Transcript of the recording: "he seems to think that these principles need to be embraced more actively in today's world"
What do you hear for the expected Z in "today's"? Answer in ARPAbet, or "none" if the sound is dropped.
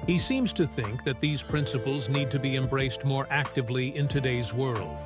Z